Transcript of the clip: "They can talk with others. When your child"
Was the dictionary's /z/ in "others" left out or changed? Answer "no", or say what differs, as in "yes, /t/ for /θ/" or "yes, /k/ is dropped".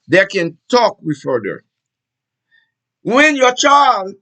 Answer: yes, /z/ is dropped